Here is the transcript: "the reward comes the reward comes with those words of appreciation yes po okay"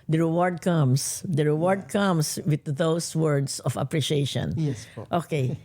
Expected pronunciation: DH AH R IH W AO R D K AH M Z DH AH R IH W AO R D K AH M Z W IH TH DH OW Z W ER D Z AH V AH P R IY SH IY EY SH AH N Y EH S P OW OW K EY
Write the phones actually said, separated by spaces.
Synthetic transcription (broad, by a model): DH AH R IH W AO R D K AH M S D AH R IH W AO R D K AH M S W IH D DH OW S W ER D S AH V AH P R IY SH IY EY SH AH N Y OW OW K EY